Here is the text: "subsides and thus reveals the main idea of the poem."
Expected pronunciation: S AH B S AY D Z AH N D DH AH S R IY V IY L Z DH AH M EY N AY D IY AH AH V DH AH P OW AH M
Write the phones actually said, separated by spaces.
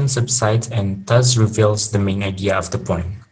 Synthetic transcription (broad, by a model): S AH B S AY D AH N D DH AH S R IY V IY L Z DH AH M EY N AY D IY AH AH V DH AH P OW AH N